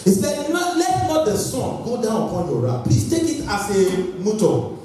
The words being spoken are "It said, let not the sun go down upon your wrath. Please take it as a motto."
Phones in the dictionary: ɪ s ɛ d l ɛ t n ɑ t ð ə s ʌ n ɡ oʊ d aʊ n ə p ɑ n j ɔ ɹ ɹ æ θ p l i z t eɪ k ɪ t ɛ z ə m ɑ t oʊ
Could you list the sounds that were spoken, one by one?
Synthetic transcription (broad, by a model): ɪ s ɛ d l ɛ t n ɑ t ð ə s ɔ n ɡ oʊ d aʊ n ə p ɑ n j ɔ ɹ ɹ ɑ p i t eɪ k ɪ t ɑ s ə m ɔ t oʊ